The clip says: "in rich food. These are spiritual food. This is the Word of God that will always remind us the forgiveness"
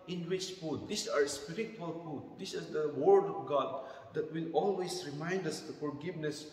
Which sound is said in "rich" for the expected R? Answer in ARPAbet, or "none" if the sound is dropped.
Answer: W